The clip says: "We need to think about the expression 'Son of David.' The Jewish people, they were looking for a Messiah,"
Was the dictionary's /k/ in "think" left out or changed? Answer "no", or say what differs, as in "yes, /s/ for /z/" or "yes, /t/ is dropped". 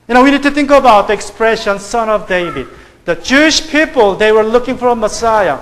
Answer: no